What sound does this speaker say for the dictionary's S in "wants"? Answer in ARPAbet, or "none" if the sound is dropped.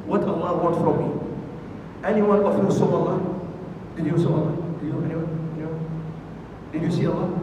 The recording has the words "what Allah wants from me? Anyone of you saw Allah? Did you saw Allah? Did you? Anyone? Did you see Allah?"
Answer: none